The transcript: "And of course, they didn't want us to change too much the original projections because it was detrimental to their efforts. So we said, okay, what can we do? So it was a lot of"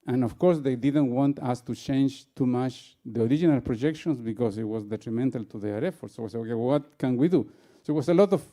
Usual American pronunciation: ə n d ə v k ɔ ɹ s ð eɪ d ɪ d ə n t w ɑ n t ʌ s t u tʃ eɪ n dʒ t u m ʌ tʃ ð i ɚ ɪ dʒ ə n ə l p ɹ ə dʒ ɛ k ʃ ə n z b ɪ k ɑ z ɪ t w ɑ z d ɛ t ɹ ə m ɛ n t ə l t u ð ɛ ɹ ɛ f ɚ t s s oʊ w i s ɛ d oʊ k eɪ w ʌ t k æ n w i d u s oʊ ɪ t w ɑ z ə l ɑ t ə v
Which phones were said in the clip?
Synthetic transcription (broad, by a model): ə n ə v k ɔ ɹ s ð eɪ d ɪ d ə n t w ɑ n t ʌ s t u tʃ eɪ n dʒ t u m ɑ tʃ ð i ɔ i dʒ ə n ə l p ɹ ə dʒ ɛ k ʃ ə n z b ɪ k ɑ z ɪ t w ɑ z d ɛ t ɹ ə m ɛ n t ə l t u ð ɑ ɹ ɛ f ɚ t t s oʊ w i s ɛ oʊ k eɪ w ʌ t k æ n w i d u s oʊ ɪ t w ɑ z ə l ɑ t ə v